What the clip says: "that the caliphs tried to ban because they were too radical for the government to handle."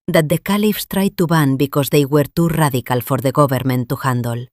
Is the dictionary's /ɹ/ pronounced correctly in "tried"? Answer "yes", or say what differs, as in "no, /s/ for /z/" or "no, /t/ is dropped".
yes